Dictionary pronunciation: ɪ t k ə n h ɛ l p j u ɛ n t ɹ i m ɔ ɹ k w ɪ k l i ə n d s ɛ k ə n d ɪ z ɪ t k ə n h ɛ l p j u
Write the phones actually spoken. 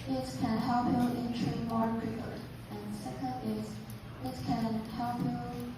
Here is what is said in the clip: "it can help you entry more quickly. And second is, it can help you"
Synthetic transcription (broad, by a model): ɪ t k ə n h ɛ l p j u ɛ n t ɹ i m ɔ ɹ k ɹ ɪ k i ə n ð s ɛ k ə n d ɪ z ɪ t k ə n h ɛ l p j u